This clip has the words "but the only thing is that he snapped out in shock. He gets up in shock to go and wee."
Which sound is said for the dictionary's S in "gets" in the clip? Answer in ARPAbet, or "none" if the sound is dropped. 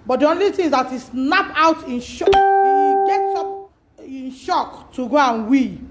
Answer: none